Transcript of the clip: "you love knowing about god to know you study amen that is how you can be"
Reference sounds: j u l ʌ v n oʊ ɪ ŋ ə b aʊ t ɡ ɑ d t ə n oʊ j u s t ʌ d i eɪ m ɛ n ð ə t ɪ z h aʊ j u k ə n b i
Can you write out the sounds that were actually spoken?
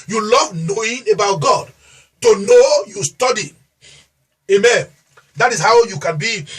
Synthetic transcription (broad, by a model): j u l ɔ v n oʊ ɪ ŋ ə b aʊ t ɡ ɑ d t ə n oʊ j u s t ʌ d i eɪ m ɛ n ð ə t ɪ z h aʊ j u k ə n b i